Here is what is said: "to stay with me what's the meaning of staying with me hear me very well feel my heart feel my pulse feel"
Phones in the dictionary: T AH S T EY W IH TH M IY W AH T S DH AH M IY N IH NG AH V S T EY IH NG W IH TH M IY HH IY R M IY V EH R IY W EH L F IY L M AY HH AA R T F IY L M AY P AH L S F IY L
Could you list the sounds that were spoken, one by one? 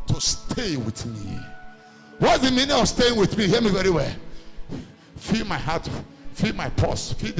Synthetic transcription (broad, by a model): T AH S T EY W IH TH M IY W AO T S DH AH M IY N IH NG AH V S T EY IH NG W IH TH M IY HH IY M IY V EH R IY W EH L F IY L M AY HH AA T F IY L M AY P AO S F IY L